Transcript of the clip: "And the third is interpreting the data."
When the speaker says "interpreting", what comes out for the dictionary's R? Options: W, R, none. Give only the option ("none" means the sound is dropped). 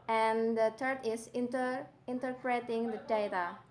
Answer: R